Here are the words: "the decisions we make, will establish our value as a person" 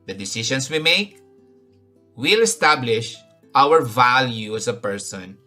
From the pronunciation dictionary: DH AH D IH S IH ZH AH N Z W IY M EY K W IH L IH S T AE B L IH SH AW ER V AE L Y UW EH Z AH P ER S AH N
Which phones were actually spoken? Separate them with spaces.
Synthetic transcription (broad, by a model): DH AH D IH S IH SH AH N S W IY M EY K W IH L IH S T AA B L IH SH AW ER V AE L Y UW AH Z AH P ER S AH N